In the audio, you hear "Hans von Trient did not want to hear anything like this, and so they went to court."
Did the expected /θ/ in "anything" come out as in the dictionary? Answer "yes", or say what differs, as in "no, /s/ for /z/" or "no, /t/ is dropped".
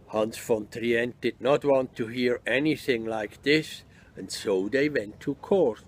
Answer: yes